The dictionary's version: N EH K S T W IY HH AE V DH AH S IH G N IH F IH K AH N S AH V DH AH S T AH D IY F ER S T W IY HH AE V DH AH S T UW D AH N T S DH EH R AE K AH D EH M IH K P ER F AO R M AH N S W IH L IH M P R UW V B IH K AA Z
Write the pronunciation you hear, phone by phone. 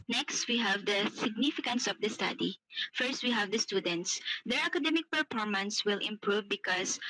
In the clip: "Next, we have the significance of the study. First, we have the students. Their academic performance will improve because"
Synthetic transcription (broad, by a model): N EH K S T W IY HH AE V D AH S IH G N IH F IH K AH N S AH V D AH S T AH D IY F ER S T W IY HH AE V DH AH S T UW D AH N T S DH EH R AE K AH D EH M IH K P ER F AO R M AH N S W IH L IH M P R UW V B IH K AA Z